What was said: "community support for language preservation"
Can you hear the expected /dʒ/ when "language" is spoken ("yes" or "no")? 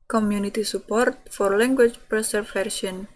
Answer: no